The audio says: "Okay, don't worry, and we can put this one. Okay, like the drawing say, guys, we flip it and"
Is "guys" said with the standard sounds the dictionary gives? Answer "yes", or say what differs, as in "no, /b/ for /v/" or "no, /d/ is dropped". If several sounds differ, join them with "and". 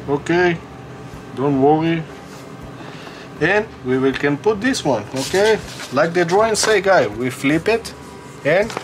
no, /z/ is dropped